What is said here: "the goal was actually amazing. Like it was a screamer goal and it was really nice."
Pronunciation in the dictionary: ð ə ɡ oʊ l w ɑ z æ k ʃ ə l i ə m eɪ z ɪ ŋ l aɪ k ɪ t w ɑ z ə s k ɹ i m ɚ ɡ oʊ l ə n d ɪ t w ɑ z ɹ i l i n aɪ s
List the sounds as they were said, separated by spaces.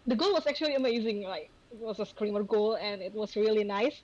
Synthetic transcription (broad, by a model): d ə ɡ oʊ l w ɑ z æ k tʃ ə l i ə m eɪ z ɪ ŋ l aɪ k ɪ t w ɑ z ə s k ɹ i m ɚ ɡ oʊ l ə n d ɪ t w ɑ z ɹ i l i n aɪ s